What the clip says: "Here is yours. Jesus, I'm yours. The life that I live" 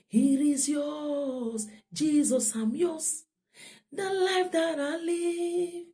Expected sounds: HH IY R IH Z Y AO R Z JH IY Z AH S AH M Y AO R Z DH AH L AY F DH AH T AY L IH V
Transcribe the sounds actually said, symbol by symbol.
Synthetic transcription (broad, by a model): HH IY R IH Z Y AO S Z JH IY Z AH S AH M Y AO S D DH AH L AY F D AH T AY L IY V